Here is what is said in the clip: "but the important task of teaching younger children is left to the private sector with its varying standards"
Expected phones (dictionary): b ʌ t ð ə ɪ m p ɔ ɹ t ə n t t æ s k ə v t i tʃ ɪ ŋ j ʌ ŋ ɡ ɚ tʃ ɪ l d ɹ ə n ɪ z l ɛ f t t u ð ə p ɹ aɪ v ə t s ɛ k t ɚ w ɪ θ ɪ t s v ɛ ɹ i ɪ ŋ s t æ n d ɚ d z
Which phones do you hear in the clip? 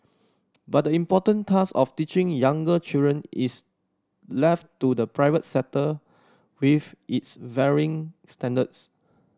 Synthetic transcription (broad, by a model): b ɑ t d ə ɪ m p ɔ t ə n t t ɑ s ə f t i tʃ ɪ ŋ j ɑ ŋ ɡ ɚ tʃ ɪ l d ɹ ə n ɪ s l ɛ f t t u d ə p ɹ aɪ v ə t s ɛ t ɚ w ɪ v ɪ t s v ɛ ɹ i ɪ ŋ s t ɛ n d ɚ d s